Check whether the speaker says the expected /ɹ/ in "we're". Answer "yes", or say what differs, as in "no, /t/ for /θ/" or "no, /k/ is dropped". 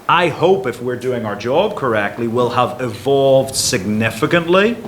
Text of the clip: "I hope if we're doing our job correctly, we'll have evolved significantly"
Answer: yes